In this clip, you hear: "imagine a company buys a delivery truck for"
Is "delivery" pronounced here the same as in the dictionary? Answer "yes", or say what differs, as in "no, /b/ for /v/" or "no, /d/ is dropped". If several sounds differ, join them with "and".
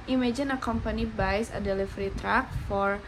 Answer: no, /f/ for /v/